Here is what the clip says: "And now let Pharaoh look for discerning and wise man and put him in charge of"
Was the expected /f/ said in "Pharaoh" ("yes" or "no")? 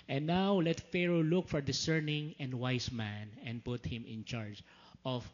yes